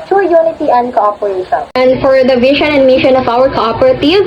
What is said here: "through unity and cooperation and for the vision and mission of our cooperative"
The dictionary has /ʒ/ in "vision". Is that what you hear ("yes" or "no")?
no